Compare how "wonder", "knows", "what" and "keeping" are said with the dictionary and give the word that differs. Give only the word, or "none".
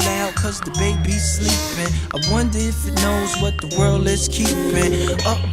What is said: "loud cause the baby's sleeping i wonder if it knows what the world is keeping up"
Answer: none